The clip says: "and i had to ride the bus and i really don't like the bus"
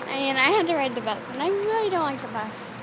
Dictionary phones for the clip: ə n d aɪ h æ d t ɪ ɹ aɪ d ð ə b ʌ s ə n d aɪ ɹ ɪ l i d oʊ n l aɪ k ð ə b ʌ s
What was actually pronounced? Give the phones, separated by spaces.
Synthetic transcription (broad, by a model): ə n aɪ h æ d t ɪ ɹ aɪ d ð ə b ʌ s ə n aɪ ɹ ɪ l i d oʊ n l aɪ k ð ə b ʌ s